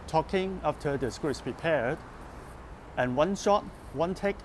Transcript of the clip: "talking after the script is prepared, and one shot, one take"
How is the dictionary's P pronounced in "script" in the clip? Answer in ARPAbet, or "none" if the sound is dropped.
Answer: none